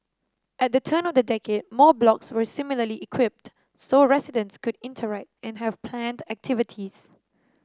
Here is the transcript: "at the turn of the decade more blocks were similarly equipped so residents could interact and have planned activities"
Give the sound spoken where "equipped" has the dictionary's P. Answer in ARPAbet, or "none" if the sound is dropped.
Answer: P